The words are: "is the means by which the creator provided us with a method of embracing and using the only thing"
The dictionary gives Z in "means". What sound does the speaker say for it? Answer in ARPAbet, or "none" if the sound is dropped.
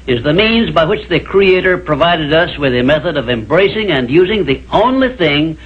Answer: Z